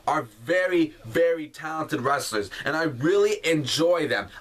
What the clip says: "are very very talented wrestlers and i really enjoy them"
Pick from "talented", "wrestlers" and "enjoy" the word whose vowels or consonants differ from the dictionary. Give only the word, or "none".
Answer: none